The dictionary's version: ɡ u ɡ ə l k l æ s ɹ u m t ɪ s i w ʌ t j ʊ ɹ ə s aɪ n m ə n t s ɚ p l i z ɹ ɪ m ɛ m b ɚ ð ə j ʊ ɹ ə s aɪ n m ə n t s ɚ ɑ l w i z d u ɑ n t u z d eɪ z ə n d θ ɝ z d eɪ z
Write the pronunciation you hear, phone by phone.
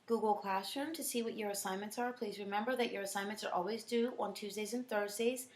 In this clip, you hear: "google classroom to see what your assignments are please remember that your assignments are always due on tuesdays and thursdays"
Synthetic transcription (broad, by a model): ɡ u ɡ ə l k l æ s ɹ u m t ɪ s i w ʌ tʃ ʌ ɹ ə s aɪ n m ə n t s ɚ p l i z ɹ ɪ m ɛ m b ɚ ð ə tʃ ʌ ɹ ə s aɪ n m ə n s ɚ ɑ l w i z d u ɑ n t u z d eɪ z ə n θ ɝ z d eɪ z